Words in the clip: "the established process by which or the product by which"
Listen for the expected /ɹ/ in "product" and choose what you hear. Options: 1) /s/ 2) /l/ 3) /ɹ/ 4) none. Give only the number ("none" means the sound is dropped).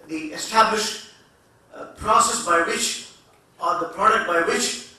3